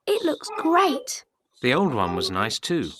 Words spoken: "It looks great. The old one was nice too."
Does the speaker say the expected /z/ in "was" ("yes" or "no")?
yes